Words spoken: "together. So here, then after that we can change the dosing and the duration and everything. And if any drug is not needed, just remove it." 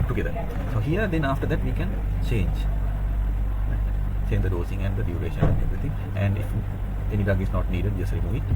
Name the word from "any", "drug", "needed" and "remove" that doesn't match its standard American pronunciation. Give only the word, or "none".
drug